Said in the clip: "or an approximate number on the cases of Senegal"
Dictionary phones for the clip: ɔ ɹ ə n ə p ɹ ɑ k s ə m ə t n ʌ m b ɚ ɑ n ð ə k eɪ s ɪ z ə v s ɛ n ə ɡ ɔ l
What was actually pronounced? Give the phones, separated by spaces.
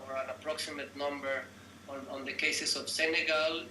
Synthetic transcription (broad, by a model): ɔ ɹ ə n ə p ɹ ɑ k s ə m ə t n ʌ m b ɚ ɑ n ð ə k eɪ s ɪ s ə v s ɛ n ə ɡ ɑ l